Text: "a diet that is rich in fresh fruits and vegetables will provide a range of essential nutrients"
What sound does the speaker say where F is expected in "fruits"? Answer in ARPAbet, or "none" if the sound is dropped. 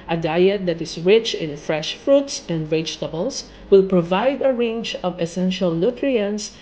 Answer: F